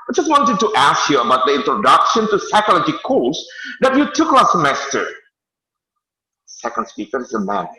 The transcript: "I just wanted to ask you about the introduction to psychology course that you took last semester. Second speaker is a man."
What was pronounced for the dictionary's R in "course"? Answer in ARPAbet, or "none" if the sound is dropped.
L